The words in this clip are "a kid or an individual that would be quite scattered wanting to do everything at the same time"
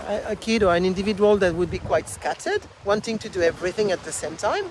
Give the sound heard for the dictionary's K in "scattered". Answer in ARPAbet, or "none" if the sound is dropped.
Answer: K